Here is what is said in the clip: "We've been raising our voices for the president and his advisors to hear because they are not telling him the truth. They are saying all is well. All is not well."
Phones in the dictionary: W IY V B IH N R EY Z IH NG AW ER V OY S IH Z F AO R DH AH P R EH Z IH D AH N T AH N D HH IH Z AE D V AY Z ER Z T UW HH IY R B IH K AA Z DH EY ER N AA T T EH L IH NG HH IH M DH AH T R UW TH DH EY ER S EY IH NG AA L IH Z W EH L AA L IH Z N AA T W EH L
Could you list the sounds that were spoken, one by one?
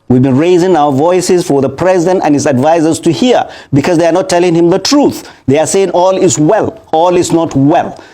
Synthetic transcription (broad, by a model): W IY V B IH N R EY Z IH NG AW ER V OY S IH Z F AO R DH AH P R EH Z IH D AH N T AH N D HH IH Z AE D V AY Z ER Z T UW HH IY R B IH K AA Z DH EY ER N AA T T EH L IH NG HH IH M DH AH T R UW TH DH EY ER S EY IH NG AA L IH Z W EH L AA L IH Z N AA T W EH L